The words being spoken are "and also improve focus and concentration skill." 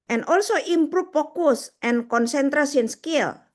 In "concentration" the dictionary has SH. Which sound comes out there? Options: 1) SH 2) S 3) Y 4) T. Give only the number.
2